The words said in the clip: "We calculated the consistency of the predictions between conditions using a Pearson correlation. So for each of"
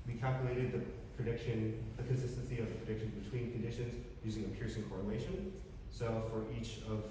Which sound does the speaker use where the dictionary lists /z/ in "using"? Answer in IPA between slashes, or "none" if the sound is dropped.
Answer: /z/